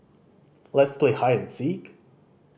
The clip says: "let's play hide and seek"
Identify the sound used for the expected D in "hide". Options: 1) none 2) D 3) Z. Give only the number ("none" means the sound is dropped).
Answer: 1